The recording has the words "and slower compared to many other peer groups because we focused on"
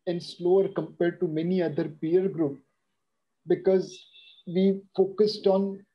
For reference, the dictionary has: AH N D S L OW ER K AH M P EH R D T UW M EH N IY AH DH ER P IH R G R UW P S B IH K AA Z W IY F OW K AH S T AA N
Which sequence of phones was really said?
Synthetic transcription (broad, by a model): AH N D S L OW ER K AH M P EH R D T UW M EH N IY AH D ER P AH R G R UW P B IH K AA Z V IY F OW K AH S T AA N